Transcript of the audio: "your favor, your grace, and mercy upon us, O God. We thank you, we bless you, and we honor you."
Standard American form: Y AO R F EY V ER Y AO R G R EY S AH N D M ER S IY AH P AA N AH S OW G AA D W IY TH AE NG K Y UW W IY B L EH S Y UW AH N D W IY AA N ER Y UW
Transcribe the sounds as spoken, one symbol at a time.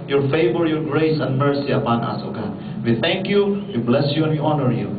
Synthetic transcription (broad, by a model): Y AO R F EY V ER Y AO R G R EY S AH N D M ER S IY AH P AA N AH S OW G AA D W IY T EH NG K Y UW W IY B L EH S Y UW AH N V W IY AA N ER Y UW